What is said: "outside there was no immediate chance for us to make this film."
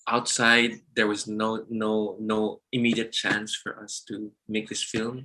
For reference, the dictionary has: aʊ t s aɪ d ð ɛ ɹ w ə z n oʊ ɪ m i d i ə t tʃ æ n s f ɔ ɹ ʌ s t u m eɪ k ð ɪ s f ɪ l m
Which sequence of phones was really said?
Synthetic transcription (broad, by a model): aʊ t s aɪ d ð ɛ ɹ w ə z n oʊ ɪ m i d i ə t tʃ æ n s f ɔ ɹ ʌ s t u m eɪ k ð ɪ s f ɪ l m